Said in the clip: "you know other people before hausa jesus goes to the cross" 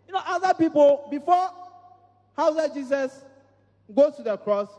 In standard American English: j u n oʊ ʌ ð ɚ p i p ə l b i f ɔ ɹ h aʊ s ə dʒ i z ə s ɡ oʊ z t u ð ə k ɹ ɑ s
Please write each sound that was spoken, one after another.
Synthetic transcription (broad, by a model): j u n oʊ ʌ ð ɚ p i p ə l b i f ɔ h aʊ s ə dʒ i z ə s ɡ oʊ t u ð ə k ɹ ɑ s